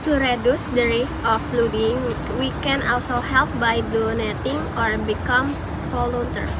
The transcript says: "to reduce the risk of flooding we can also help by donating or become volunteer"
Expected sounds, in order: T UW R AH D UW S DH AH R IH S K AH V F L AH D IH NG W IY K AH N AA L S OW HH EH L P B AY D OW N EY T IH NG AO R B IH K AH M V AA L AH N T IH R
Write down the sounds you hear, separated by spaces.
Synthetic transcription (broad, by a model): T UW R AH D UW S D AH R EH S AH F L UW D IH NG W IY K AH N AA L S OW HH EH L P B AY D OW N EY T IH NG AO R B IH K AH M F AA L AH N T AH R